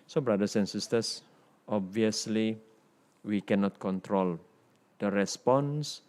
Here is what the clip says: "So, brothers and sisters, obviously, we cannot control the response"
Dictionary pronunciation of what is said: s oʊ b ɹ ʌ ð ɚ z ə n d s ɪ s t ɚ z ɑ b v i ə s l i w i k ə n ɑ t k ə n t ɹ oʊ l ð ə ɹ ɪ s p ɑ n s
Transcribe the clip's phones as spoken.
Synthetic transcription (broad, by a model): s oʊ b ɹ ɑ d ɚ s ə n s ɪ s t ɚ s ɑ b v i ə s l i w i k ə n ɑ t k ə n t ɹ oʊ l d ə ɹ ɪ s p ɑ n s